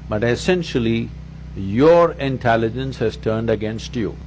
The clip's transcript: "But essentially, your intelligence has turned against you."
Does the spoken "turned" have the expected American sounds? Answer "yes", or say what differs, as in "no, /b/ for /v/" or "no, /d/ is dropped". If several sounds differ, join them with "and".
yes